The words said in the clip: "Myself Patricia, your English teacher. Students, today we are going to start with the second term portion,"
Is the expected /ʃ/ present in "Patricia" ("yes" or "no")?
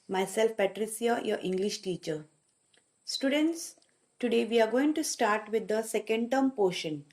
no